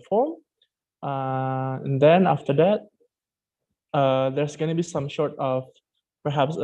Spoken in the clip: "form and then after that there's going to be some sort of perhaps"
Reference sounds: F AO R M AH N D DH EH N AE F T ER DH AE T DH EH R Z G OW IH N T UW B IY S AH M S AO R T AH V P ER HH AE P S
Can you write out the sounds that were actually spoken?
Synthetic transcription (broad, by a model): F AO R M AH N D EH N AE F T ER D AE T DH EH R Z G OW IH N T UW B IY S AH M SH AO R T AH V P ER HH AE P S